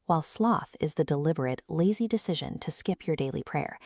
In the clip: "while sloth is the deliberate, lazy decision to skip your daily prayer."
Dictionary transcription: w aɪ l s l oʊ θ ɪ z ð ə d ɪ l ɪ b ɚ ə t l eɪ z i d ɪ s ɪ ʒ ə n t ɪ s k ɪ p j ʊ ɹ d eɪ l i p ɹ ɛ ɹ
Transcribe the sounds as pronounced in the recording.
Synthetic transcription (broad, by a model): w aɪ l s l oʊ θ ɪ z ð ə d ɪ l ɪ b ɚ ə t l eɪ z i d ɪ s ɪ ʒ ə n t ɪ s k ɪ p j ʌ ɹ d eɪ l i p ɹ ɛ ɹ